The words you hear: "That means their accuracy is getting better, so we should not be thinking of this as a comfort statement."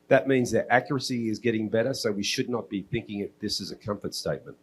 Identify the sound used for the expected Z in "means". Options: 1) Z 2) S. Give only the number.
1